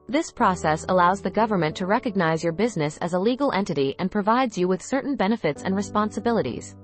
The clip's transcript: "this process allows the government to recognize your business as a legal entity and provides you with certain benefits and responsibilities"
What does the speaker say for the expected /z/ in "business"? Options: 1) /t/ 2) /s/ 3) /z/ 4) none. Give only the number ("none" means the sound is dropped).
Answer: 3